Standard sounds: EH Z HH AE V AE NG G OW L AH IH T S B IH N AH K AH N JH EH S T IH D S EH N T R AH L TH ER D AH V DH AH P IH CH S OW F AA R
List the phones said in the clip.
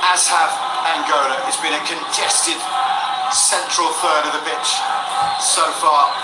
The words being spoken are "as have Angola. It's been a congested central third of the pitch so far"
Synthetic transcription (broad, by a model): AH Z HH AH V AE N G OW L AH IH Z B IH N AH K AH N JH EH S T IH D S EH N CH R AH L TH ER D AH V DH AH B IH CH S OW F AA